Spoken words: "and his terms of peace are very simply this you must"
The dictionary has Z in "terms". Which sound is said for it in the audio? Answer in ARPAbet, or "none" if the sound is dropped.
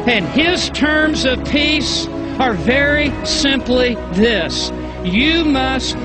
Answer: Z